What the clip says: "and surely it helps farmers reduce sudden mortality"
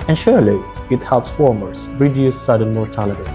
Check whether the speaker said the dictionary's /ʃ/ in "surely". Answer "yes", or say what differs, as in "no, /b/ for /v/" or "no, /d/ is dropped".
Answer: yes